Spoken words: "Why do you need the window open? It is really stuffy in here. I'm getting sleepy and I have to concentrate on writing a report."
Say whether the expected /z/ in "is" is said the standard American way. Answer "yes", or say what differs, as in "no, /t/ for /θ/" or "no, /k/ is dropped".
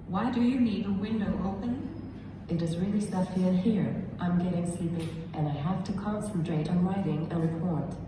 yes